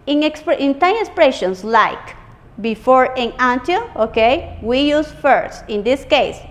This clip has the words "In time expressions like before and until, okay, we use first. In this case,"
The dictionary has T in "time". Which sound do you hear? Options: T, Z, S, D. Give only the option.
S